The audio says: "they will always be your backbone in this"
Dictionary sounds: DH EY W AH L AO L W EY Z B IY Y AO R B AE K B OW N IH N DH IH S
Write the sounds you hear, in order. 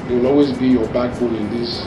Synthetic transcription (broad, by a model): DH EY W AH L AO L W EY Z B IY Y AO B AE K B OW L IH N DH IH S